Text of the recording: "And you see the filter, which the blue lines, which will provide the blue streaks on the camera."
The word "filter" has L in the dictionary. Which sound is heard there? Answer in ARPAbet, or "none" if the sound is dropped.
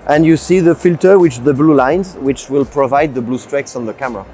L